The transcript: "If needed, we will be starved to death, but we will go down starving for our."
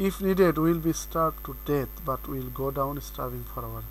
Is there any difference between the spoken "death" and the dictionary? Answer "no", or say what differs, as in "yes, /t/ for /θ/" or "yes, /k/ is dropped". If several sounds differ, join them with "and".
yes, /t/ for /θ/